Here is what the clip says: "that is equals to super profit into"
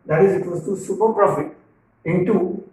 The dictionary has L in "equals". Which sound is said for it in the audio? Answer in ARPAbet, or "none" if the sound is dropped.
none